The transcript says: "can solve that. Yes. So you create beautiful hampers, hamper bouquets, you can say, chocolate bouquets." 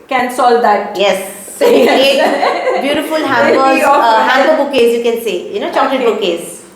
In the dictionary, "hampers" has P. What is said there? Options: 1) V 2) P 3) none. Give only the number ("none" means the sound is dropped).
3